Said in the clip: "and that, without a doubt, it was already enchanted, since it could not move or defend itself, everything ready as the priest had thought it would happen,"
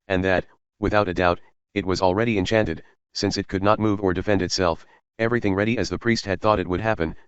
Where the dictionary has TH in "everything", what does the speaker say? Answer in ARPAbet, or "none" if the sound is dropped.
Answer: TH